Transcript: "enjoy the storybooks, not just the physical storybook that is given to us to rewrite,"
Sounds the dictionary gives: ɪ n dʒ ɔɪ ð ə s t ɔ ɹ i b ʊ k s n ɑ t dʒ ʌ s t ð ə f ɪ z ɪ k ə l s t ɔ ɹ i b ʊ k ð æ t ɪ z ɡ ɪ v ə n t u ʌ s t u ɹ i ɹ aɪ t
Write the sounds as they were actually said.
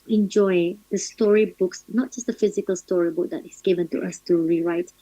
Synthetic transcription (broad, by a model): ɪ n dʒ ɔɪ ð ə s t ɔ ɹ i b ʊ k s n ɑ t dʒ ʌ s t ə f ɪ z ɪ k ə l s t ɔ ɹ i b ʊ k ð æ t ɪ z ɡ ɪ v ə n t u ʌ s t u ɹ i ɹ aɪ t